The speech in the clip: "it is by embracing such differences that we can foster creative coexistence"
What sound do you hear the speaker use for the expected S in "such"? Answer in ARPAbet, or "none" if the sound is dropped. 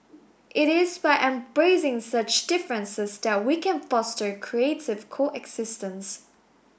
S